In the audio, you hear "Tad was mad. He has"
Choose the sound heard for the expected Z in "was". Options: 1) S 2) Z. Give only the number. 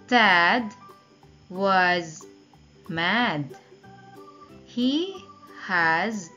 2